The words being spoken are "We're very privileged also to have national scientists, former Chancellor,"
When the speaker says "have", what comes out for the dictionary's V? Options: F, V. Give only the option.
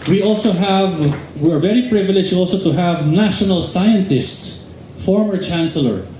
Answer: V